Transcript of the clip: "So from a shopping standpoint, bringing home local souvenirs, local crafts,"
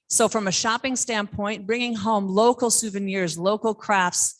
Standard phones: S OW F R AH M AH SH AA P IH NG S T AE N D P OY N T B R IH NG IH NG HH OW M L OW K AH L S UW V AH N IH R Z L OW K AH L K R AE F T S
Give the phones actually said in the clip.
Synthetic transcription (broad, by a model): S OW F R AH M AH SH AA P IH NG S T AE N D P OY N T B R IH NG IH NG HH OW M L OW K L S UW V AH N IH R Z L OW K L K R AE F T S